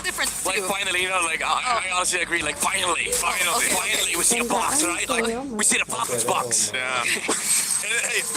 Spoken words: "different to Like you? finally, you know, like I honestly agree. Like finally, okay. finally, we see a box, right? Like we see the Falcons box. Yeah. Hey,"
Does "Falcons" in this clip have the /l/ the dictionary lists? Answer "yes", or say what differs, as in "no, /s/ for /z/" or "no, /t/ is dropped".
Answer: no, /l/ is dropped